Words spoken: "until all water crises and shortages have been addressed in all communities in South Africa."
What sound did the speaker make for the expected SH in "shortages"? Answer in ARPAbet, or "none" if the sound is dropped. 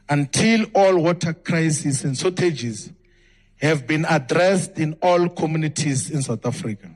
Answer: S